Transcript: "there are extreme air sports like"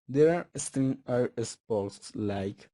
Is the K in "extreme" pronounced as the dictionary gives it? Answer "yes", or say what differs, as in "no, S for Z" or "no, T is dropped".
no, K is dropped